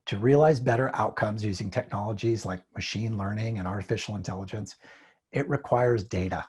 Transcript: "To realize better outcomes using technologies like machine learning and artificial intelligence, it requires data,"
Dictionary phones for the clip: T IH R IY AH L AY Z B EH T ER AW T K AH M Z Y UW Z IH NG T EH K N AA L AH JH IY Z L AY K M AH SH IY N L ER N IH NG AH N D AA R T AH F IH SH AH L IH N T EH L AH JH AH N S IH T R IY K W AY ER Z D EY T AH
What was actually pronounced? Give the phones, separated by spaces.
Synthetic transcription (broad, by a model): T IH R IY AH L AY Z B EH T ER AW T K AH M Z Y UW Z IH NG T EH K N AA L AH JH IY Z L AY K M AH SH IY N L ER N IH NG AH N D AA R T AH F IH SH L IH N T EH L AH JH AH N S IH T R IY K W AY ER Z D EY T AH